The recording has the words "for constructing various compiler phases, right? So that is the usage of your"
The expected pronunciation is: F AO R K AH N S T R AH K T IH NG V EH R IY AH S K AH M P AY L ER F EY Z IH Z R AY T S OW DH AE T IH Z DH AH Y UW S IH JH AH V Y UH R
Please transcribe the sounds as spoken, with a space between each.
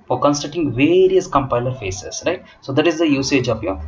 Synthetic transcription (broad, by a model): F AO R K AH N S T AH T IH NG V EH R IY AH S K AH M P AY L ER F EY S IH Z R AY T S OW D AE T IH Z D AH Y UW S IH JH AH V Y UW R